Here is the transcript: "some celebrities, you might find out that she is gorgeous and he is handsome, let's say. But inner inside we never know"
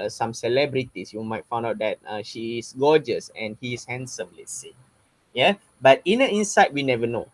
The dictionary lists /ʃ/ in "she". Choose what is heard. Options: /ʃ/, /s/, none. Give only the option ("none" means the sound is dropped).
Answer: /ʃ/